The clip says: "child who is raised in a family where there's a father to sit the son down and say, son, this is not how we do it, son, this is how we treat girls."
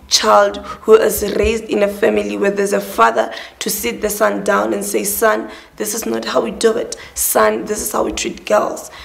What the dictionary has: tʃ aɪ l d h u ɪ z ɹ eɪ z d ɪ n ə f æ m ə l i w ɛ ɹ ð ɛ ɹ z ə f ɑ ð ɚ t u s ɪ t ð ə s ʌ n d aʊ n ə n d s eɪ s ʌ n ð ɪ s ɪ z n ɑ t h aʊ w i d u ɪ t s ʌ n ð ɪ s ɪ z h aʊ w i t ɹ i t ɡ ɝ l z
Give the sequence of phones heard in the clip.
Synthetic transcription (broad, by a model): tʃ aɪ l d h u ɪ z ɹ eɪ z d ɪ n ə f æ m ə l i w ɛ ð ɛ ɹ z ə f ɑ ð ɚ t u s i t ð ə s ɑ n d aʊ n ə n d s eɪ s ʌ n ð ɪ s ɪ z n ɑ t h aʊ w i d u ɪ t s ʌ n ð ɪ s ɪ z h aʊ w i t ɹ i t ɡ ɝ l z